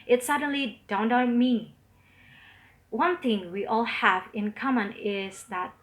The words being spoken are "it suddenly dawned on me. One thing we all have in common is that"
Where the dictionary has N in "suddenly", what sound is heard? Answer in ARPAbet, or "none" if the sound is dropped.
N